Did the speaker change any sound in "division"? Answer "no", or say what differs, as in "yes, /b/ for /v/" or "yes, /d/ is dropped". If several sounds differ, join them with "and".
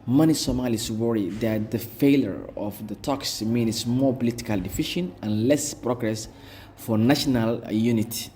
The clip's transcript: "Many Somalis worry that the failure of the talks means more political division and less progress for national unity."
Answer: yes, /f/ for /v/ and /ʃ/ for /ʒ/